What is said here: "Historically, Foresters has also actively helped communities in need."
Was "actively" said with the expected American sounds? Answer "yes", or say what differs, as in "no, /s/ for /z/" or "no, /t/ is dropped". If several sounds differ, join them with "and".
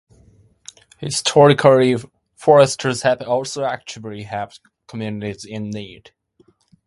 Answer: no, /v/ is dropped